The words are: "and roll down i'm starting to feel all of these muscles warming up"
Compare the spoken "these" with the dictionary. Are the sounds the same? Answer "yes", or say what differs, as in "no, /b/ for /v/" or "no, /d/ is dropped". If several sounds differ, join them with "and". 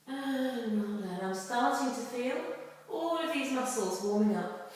yes